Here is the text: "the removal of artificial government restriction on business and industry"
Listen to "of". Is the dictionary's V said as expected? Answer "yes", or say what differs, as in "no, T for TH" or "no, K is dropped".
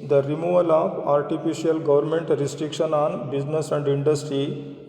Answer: no, P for V